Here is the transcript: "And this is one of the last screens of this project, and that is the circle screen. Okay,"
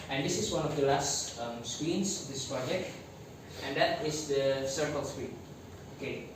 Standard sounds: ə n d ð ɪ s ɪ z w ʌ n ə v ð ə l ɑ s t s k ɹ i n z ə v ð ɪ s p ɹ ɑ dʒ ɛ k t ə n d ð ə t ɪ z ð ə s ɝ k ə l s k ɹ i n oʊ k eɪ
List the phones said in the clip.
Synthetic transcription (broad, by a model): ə n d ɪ s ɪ s w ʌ n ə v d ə l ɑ s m s k w i n s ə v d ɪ s p ɹ ɑ dʒ ɛ k t ə n d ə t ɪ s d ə s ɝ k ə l s k w i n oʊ k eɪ